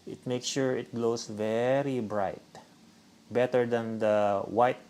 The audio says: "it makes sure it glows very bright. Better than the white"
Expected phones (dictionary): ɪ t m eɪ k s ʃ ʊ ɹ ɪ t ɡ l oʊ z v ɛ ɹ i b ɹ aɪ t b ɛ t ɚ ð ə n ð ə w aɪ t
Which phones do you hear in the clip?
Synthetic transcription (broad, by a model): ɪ t m eɪ k s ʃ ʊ ɹ ɪ t ɡ l oʊ s v ɛ ɹ i b ɹ aɪ t b ɛ t ɚ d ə n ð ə w aɪ t